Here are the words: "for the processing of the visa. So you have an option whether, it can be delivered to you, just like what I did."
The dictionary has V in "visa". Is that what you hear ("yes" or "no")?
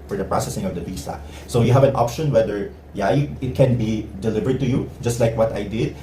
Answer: no